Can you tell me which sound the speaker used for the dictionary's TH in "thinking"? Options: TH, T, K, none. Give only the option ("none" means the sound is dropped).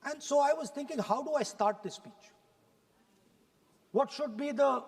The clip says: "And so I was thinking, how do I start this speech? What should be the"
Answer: T